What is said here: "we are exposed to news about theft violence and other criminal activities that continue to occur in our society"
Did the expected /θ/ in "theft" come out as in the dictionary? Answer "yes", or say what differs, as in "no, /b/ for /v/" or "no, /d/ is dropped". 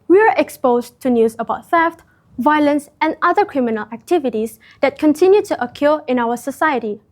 no, /f/ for /θ/